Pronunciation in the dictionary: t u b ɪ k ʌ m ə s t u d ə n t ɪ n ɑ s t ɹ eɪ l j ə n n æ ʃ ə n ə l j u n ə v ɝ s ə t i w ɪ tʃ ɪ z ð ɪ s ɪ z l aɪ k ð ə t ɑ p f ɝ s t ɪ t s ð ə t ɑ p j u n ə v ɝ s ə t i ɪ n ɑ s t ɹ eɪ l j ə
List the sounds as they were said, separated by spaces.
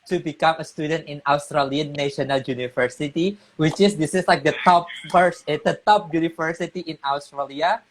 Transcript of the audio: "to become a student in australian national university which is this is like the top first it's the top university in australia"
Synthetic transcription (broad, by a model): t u b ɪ k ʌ m ə s t u d ə n t ɪ n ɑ s t ɹ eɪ l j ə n n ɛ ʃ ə n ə l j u n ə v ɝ s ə t i w ɪ tʃ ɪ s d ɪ s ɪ s l aɪ k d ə t ɑ p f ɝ s ɪ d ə t ɑ p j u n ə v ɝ s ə t i ɪ n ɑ s t ɹ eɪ l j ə